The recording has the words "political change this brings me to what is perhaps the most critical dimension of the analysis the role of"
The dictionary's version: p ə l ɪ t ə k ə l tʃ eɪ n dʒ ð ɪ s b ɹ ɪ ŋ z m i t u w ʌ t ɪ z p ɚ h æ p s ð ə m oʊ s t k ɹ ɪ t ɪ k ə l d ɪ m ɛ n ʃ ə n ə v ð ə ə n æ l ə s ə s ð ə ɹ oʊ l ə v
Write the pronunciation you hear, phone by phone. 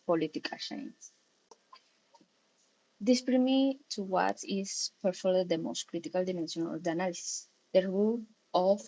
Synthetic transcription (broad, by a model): p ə l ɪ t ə k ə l ʃ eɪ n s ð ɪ s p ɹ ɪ m i t u w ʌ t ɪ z p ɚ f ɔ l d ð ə m oʊ s t k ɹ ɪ t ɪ k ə l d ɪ m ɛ n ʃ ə n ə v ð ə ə n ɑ l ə s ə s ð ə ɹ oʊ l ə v